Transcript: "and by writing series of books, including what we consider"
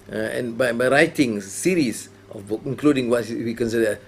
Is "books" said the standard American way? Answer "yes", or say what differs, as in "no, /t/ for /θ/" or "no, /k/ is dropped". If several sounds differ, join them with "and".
no, /s/ is dropped